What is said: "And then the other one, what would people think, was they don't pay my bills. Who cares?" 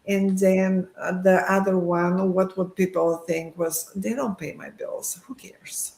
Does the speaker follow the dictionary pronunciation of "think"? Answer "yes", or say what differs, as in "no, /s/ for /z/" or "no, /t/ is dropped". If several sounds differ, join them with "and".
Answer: yes